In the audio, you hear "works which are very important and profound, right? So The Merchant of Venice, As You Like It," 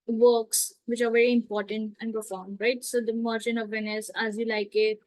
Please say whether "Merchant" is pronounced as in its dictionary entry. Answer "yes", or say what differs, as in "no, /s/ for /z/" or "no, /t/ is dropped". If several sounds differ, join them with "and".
no, /t/ is dropped